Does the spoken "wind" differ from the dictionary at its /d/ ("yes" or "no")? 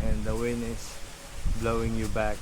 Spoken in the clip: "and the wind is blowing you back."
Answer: yes